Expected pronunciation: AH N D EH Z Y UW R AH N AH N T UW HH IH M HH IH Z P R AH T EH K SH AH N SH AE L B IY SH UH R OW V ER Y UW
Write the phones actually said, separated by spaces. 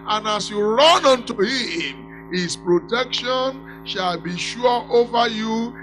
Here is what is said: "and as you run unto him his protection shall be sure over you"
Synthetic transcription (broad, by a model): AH N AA S Y UW R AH N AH N T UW HH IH M HH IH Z P R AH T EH K SH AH N SH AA L B IY SH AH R OW V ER Y UW